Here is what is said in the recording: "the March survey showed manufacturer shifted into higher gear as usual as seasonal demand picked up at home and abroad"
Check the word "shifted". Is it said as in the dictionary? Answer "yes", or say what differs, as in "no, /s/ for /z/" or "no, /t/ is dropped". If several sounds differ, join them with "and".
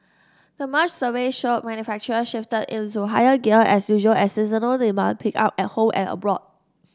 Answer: yes